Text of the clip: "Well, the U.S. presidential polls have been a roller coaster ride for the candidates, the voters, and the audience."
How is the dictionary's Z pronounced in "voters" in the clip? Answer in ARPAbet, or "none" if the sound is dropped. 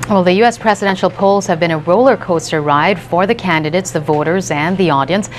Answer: Z